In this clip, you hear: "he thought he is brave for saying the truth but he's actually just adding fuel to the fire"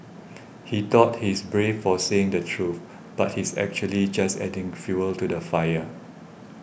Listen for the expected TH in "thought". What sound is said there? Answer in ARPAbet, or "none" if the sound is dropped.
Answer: T